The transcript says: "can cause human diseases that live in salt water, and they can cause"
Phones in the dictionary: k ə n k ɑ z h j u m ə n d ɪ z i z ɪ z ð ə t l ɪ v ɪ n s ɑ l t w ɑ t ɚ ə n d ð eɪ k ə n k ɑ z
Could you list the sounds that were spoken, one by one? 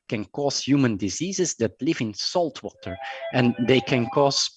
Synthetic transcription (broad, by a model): k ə n k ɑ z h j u m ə n d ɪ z i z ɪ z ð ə t l ɪ v ɪ n s ɑ l t w ɑ t ɚ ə n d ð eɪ k ə n k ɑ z